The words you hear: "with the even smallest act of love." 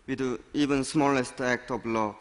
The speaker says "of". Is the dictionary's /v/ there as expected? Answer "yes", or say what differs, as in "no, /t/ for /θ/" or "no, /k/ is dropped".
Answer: no, /p/ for /v/